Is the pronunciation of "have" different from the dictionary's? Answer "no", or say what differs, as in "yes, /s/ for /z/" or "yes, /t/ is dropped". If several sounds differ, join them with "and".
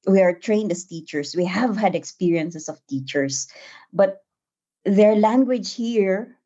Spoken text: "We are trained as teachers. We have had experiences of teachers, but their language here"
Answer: no